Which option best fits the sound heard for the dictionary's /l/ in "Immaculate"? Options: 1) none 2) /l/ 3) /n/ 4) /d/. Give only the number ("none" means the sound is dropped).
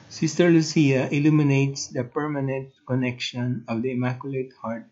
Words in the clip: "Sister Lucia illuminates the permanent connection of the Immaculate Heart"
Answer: 2